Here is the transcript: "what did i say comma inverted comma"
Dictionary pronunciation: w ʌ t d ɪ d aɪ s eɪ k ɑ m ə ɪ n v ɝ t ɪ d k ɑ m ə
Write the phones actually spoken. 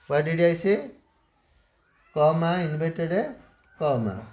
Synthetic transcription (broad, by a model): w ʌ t d ɪ d aɪ s eɪ k ɑ m ə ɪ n b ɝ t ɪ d k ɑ m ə